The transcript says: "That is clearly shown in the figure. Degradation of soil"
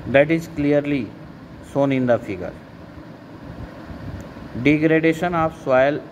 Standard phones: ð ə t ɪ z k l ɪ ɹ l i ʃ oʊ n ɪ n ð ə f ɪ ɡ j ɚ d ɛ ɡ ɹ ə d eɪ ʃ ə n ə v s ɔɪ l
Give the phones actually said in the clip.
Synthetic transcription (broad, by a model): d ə t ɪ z k l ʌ ɹ l i s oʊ n ɪ n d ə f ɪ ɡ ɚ d ɛ ɡ ɹ ə d eɪ ʃ ə n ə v s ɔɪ l